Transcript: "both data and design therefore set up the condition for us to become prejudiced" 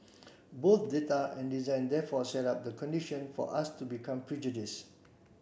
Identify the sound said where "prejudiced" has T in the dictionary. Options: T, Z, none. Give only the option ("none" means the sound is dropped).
none